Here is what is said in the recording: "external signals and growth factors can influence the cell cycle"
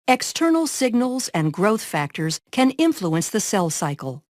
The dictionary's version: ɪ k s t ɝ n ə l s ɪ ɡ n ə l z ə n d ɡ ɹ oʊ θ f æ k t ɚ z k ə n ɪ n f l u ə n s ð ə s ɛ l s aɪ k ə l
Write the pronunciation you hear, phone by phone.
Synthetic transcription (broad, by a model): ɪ k s t ɝ n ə l s ɪ ɡ n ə l z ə n ɡ ɹ oʊ θ f æ k t ɚ z k ə n ɪ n f l u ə n s ð ə s ɛ l s aɪ k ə l